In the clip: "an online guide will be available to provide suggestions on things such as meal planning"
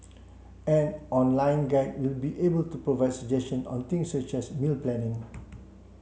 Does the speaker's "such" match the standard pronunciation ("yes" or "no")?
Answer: yes